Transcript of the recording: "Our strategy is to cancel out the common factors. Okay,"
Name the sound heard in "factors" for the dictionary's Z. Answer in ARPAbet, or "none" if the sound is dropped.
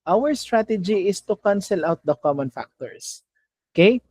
S